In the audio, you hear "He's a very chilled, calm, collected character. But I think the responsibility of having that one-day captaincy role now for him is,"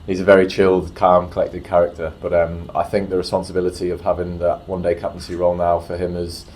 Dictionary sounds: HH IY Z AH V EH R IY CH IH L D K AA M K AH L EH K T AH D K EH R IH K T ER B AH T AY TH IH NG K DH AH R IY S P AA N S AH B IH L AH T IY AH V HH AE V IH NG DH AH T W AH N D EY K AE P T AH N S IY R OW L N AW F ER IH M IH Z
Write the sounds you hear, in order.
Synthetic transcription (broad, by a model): HH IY Z AH V EH R IY CH IH L D K AA M K AH L EH K T AH D K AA R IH K T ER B AH T AY TH IH NG K DH AH R IY S P AA N S AH B IH L AH T IY AH V HH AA V IH NG DH AH T W AH N D EY K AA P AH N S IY R OW L N AW F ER IH M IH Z